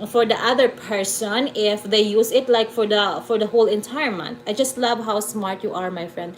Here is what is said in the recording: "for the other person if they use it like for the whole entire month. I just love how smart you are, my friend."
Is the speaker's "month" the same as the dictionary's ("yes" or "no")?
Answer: no